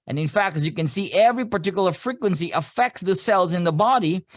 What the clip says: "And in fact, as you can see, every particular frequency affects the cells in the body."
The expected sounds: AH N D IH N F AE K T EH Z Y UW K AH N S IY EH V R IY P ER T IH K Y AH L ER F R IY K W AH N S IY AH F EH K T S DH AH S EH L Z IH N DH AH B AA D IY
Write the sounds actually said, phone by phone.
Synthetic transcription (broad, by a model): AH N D IH N F AE K T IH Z Y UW K AH N S IY EH V R IY P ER T IH K Y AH L ER F R IY K W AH N S IY AH F EH K T S DH AH S EH L Z IH N DH AH B AA D IY